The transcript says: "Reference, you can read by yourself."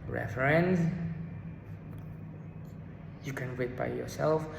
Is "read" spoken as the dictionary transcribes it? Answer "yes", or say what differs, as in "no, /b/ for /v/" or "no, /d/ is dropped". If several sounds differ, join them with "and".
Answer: no, /w/ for /ɹ/